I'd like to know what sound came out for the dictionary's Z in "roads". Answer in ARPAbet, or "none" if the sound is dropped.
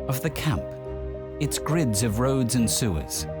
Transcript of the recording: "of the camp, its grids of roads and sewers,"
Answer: Z